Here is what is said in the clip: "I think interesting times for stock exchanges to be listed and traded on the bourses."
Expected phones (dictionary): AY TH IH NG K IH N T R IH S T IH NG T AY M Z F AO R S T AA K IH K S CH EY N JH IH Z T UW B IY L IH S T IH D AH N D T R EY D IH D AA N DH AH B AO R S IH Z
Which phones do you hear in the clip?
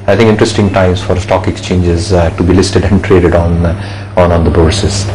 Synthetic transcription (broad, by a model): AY T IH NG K IH N T R IH S T IH NG T AY M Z F AO R S T AA K IH K S CH EY N JH IH Z T UW B IY L IH S T IH D AH N D T R EY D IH D AA N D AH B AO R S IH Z